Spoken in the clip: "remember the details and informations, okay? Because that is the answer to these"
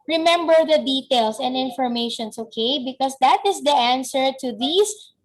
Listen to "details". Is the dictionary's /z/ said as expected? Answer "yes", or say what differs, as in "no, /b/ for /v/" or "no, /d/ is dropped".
no, /s/ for /z/